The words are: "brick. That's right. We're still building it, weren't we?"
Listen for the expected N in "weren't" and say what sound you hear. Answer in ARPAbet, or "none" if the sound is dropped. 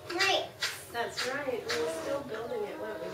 none